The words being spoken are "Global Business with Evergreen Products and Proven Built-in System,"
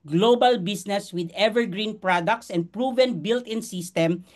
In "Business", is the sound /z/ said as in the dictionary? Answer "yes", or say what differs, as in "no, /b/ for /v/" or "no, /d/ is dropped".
no, /s/ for /z/